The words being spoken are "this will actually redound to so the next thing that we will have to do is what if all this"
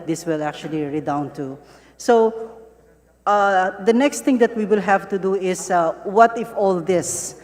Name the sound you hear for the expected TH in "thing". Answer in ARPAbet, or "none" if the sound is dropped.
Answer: T